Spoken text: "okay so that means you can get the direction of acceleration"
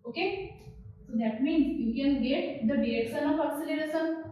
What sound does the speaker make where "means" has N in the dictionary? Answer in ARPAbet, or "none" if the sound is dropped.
N